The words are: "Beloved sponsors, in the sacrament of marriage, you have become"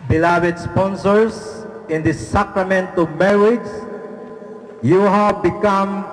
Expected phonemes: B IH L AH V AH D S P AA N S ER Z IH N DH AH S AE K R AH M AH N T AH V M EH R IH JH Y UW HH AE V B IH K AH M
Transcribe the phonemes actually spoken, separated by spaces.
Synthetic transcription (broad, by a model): B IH L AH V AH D S P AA N S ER S IH N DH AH S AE K R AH M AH N T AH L M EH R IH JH Y UW HH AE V B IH K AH M